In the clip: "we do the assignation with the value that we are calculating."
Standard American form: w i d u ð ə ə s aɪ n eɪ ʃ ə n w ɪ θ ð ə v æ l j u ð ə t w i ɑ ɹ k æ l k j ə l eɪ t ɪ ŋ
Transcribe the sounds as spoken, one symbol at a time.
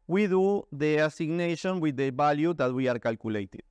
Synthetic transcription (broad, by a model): w i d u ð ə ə s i n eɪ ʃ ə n w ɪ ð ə b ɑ l j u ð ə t w i ɑ ɹ k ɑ l k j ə l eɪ t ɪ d